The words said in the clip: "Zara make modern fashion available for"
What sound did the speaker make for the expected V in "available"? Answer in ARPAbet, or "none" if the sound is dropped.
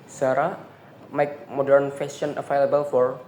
F